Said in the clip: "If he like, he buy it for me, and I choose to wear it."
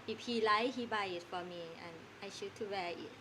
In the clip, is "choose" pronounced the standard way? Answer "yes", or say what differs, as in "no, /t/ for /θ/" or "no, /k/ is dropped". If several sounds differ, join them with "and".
no, /ʃ/ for /tʃ/ and /z/ is dropped